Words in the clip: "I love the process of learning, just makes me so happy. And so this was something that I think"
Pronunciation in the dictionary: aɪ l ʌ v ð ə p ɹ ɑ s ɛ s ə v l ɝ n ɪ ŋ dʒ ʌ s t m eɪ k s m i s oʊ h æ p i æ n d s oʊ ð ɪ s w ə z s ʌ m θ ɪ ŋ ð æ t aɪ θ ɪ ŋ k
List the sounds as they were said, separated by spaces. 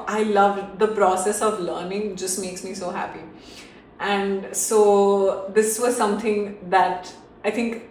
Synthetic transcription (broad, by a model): aɪ l ʌ v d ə p ɹ ɑ s ɛ s ə v l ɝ n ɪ ŋ dʒ ʌ s t m eɪ k s m i s oʊ h æ p i æ n d s oʊ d ɪ s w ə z s ʌ m t ɪ ŋ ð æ t aɪ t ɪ ŋ k